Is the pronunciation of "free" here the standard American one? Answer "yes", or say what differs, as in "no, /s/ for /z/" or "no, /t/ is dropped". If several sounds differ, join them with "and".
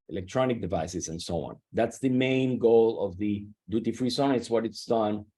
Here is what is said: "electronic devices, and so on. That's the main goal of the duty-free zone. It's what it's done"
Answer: yes